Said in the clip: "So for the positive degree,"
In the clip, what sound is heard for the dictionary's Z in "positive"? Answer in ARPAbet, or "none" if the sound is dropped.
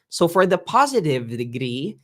Z